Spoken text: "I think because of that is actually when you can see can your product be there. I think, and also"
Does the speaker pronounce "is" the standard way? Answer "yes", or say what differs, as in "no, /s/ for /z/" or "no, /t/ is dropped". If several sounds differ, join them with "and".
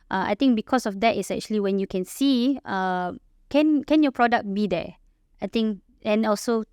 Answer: no, /s/ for /z/